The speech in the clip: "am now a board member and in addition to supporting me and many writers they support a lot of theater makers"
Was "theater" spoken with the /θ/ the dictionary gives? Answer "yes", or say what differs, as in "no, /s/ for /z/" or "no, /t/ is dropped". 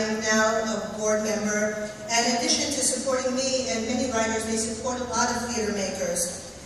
no, /f/ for /θ/